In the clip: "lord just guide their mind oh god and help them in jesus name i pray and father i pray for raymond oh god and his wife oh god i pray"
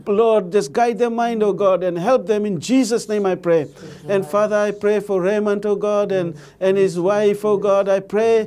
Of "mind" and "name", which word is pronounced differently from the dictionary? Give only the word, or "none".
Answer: none